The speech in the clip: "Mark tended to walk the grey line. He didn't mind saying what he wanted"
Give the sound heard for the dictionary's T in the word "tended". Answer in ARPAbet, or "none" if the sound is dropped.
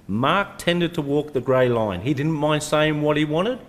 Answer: T